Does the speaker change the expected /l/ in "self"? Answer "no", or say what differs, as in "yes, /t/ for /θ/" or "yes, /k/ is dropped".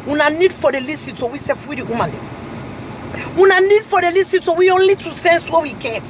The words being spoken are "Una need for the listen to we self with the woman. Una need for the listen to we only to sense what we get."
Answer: yes, /l/ is dropped